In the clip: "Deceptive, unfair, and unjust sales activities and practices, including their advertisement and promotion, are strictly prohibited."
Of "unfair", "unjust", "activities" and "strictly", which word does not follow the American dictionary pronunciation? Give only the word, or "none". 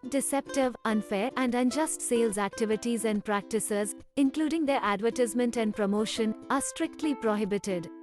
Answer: none